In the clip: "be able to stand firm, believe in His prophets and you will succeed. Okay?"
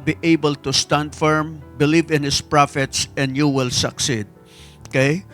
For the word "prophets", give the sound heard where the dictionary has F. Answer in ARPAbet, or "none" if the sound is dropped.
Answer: F